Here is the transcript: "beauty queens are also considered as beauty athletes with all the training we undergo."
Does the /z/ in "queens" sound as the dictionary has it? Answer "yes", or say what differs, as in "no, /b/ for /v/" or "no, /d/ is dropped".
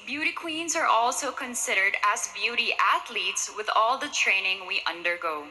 yes